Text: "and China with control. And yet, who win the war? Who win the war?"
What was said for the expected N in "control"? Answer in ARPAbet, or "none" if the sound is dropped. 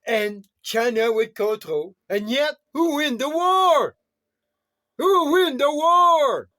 none